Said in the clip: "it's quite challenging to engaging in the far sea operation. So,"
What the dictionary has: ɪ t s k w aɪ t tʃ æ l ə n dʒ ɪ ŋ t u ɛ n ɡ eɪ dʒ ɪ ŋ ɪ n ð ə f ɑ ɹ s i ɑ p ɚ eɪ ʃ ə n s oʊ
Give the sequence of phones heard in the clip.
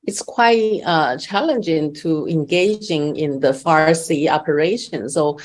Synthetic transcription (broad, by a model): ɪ t s k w aɪ t tʃ æ l ə n dʒ ɪ ŋ t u ɛ n ɡ eɪ dʒ ɪ ŋ ɪ n ð ə f ɑ ɹ s i ɑ p ɚ eɪ ʃ ə n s oʊ